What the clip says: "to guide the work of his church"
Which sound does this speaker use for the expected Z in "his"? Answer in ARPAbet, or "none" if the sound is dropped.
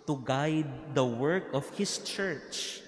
S